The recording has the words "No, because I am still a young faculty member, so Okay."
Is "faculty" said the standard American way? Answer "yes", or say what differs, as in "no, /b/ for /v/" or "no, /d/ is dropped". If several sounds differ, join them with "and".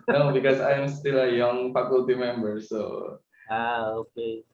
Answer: no, /p/ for /f/